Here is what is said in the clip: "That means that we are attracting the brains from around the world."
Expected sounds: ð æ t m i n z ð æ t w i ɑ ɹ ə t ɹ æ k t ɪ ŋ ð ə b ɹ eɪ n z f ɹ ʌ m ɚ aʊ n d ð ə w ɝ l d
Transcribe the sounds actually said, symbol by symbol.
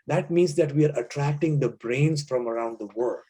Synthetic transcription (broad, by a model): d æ t m i n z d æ t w i ɑ ɹ ə t ɹ æ k t ɪ ŋ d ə b ɹ eɪ n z f ɹ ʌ m ɚ aʊ n d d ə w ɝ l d